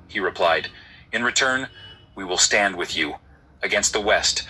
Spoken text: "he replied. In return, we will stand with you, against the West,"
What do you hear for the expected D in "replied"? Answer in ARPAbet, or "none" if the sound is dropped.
D